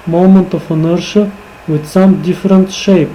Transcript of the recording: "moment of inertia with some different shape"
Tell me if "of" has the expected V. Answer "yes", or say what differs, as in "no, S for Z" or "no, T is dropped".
no, F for V